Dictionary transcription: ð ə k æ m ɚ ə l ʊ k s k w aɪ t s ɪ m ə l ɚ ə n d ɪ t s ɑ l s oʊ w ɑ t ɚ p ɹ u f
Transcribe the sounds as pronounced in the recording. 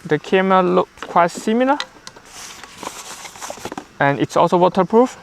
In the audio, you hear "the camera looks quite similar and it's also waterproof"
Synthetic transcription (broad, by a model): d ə k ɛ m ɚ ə l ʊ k k w aɪ t s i m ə l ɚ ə n ɪ t s ɑ l s oʊ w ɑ t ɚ p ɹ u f